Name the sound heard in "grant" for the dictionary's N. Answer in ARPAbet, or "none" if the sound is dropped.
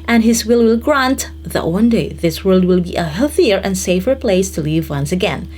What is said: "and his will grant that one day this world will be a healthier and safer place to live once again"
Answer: N